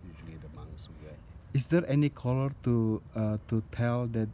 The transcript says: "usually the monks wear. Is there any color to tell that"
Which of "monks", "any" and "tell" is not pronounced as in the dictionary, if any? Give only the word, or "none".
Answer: monks